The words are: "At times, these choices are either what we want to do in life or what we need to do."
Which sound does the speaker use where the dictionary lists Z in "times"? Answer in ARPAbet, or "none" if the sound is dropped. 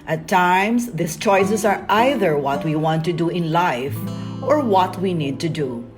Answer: S